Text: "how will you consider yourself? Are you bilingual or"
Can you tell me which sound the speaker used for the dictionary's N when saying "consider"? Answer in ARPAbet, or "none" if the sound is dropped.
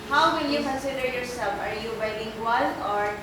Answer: none